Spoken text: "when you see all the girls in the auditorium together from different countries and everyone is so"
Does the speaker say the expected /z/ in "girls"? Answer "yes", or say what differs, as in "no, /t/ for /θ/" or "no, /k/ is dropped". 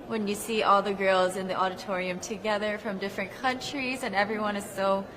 yes